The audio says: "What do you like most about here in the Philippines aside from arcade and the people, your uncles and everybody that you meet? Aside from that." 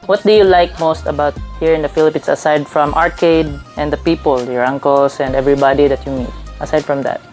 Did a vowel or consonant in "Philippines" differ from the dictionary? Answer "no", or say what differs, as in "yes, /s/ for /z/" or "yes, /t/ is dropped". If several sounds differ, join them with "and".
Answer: yes, /s/ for /z/